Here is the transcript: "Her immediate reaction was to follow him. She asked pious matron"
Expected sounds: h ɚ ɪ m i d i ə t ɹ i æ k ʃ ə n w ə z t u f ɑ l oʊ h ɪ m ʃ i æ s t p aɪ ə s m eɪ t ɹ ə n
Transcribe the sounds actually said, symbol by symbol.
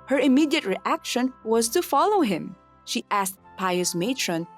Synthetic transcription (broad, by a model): h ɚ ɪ m i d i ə t ɹ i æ k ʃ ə n w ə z t u f ɑ l oʊ h ɪ m ʃ i æ s t p aɪ ə s m eɪ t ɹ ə n